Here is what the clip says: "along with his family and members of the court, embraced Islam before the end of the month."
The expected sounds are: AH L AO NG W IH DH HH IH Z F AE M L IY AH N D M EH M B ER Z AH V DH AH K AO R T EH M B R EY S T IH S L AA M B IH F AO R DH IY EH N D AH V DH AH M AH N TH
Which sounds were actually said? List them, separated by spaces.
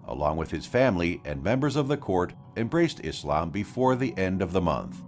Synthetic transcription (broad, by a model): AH L AO NG W IH DH IH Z F AE M L IY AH N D M EH M B ER Z AH V DH AH K AO R T EH M B R EY S T IH S L AA M B IH F AO R DH IY EH N D AH V DH AH M AH N TH